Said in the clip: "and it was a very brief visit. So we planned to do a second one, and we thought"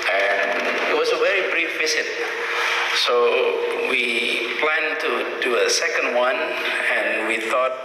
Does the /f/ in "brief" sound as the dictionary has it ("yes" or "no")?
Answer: yes